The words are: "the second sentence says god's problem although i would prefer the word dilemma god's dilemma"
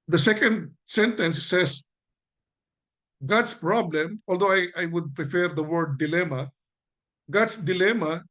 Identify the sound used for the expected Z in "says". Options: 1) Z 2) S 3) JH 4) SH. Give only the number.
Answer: 2